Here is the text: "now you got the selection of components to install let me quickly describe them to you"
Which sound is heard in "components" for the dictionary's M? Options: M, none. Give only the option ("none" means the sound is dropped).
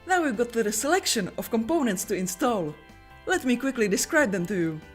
M